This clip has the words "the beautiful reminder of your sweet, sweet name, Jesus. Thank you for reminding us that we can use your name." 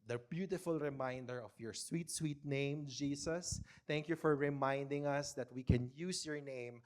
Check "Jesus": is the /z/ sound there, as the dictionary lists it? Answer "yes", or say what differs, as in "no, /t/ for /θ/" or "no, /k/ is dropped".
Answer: no, /s/ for /z/